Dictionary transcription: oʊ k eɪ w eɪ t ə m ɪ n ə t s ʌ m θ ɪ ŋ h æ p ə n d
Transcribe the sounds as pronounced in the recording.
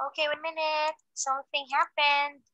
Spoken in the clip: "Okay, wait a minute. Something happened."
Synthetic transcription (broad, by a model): oʊ k eɪ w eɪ ə m ɪ n ə t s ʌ θ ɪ ŋ h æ p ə n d